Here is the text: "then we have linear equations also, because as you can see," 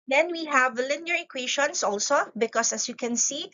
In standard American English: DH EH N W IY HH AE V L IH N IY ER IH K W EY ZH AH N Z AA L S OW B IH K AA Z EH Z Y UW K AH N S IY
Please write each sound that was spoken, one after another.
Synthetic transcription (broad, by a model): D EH N W IY HH AE V L IH N IY ER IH K W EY SH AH N S AA L S OW B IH K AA S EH S Y UW K AH N S IY